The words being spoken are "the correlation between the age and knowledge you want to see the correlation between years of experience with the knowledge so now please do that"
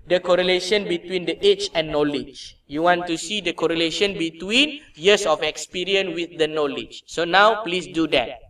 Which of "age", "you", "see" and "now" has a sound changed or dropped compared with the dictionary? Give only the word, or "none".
age